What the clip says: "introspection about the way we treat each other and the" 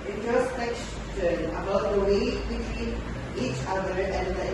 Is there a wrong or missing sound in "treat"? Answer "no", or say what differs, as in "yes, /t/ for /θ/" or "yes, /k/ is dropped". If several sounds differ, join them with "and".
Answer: yes, /w/ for /ɹ/